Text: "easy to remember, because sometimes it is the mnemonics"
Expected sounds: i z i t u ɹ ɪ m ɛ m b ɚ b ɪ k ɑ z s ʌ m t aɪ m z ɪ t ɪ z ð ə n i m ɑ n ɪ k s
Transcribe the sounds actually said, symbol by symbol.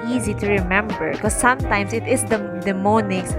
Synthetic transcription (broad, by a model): i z i t u ɹ ɪ m ɛ m b ɚ k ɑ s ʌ m t aɪ m s ɪ t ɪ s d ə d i m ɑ n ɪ k s